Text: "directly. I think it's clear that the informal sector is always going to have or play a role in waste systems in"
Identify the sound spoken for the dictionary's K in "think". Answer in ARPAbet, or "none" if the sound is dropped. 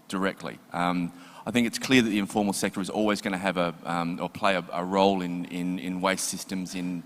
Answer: K